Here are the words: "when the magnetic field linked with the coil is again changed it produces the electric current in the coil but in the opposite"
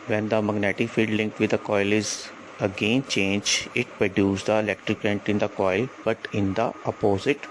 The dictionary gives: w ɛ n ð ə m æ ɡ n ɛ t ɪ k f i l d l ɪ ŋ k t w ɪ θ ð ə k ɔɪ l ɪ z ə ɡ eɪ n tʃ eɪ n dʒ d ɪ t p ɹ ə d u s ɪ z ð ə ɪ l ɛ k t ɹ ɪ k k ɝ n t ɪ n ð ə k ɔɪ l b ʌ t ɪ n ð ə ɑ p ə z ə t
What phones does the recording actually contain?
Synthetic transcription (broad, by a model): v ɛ n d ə m æ ɡ n ɛ t ɪ k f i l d l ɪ ŋ k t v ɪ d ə k ɔɪ l ɪ z ə ɡ eɪ n tʃ eɪ n dʒ ɪ t p ɹ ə d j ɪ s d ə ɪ l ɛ k t ɹ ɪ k k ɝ n t ɪ n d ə k ɔɪ l b ʌ t ɪ n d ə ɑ p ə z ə t